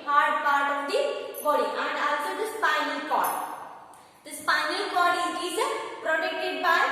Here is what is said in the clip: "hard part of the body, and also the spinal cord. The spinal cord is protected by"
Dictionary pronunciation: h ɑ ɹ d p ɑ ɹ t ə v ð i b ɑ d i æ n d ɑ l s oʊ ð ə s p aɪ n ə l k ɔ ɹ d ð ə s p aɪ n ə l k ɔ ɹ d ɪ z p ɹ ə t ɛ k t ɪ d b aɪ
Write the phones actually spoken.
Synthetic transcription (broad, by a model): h ɑ ɹ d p ɑ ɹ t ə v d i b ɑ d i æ n d ɑ l s oʊ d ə s p aɪ n ə l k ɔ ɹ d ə s p aɪ n ə l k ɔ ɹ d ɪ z p ɹ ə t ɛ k t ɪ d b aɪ